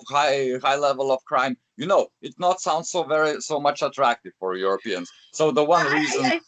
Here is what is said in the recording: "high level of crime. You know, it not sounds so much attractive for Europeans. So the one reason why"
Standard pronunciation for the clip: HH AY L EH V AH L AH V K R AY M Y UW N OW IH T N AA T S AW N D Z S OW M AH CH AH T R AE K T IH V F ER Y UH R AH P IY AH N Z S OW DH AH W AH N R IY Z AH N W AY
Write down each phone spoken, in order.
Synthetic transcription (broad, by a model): HH AY L EH V AH L AH V K R AY M Y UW N OW IH T N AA T S AW N D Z S OW M AH CH AH T R AE K T IH V F ER Y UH R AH P IY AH N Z S OW DH AH W AH N R IY Z AH N